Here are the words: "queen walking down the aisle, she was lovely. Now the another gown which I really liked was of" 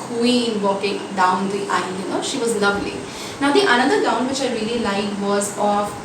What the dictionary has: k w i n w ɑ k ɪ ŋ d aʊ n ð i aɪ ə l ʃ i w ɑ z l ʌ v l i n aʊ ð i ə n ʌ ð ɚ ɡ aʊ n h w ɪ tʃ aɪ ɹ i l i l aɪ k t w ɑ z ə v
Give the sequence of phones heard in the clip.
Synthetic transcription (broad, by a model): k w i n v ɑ k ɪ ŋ d aʊ n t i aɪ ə n ʃ i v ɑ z l ʌ v l i n aʊ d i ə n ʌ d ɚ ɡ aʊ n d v ɪ tʃ aɪ ɹ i l i l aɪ t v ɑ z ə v